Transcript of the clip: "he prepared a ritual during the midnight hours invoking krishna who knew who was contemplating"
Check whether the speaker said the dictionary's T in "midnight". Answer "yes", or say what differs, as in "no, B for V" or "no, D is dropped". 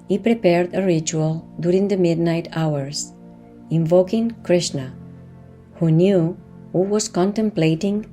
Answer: yes